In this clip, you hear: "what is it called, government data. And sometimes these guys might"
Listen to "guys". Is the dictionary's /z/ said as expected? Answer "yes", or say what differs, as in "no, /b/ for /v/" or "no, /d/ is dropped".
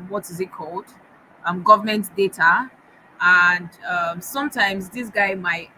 no, /z/ is dropped